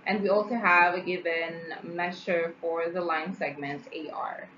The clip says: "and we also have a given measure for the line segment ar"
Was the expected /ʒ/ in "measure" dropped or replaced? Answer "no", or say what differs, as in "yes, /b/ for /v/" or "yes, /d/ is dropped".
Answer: yes, /ʃ/ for /ʒ/